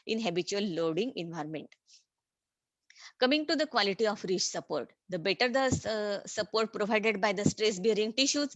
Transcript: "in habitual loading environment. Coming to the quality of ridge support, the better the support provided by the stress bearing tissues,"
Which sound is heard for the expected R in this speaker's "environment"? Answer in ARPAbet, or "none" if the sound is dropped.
R